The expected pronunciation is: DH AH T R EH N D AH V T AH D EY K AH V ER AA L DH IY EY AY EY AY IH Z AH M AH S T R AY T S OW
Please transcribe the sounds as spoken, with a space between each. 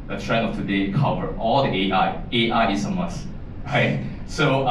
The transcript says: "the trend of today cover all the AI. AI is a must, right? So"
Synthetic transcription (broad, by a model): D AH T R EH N AH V T AH D EY K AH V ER AA L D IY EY AY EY AY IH S AH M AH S R AY T S OW